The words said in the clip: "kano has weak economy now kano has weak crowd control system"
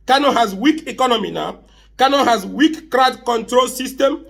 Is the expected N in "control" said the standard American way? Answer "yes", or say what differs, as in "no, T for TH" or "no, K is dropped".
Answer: yes